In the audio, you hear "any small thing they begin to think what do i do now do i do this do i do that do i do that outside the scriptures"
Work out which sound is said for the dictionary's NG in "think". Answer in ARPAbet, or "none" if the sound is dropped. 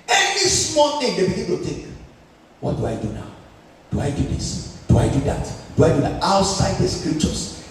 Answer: none